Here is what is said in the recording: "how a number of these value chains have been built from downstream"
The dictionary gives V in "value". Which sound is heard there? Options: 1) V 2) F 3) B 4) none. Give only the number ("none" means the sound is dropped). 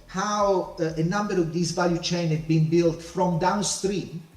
1